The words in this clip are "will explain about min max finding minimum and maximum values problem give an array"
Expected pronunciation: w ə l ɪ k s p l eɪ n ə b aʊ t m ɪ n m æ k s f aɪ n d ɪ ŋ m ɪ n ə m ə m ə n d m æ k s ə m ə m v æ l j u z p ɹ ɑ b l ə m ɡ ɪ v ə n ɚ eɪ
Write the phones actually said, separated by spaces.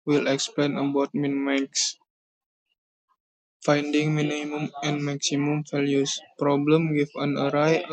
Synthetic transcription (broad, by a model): w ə l ɪ k s p l eɪ n ə b aʊ t m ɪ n m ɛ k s f aɪ n d ɪ ŋ m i n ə m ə m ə n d m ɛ k s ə m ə m f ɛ l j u s p ɹ ɑ b l ə m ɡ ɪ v ə n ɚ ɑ